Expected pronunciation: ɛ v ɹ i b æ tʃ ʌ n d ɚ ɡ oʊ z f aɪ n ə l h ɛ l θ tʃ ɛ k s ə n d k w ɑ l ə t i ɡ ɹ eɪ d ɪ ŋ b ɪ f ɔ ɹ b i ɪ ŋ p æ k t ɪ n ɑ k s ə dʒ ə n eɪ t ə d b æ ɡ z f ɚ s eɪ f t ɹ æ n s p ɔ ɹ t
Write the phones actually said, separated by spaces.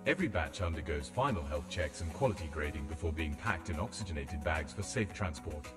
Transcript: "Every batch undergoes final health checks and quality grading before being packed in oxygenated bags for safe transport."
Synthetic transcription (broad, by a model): ɛ v ɹ i b æ tʃ ʌ n d ɚ ɡ oʊ z f aɪ n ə l h ɛ l θ tʃ ɛ k s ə n k w ɑ l ə t i ɡ ɹ eɪ d ɪ ŋ b ɪ f ɔ ɹ b i ɪ ŋ p æ k t ɪ n ɑ k s ə dʒ ə n eɪ t ə d b æ ɡ z f ɚ s eɪ f t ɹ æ n s p ɔ ɹ t